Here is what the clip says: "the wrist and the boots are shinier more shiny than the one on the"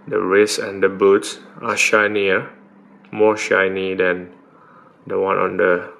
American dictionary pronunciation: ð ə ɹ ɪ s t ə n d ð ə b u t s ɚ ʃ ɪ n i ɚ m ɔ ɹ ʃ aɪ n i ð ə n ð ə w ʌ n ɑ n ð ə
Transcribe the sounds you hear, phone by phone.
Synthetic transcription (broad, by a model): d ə ɹ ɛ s ə n d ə b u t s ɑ ʃ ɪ n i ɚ m ɔ ʃ aɪ n i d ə n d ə w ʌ n ɑ n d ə